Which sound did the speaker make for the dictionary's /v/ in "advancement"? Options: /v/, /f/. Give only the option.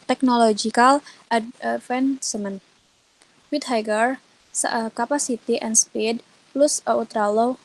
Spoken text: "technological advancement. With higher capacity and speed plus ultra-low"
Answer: /f/